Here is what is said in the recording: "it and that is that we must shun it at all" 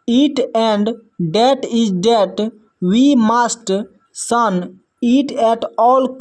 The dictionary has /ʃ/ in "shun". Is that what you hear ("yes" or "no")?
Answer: no